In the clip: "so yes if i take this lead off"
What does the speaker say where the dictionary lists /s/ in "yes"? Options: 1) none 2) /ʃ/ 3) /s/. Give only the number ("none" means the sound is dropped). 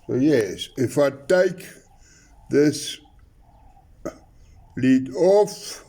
3